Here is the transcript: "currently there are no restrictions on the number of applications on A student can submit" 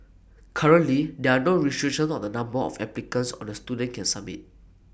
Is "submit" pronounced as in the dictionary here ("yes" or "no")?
no